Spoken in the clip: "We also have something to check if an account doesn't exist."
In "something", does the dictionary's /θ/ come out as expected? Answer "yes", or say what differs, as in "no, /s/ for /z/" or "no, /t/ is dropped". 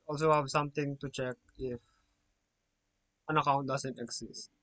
no, /t/ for /θ/